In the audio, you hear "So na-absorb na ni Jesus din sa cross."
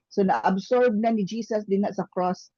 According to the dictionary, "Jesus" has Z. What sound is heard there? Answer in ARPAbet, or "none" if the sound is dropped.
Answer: S